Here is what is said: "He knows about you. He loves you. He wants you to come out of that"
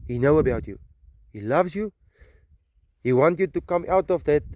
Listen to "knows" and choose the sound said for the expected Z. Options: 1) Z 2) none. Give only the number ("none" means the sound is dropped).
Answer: 2